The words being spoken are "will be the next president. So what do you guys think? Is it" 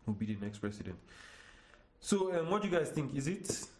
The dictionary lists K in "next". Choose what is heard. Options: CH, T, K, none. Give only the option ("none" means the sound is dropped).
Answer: K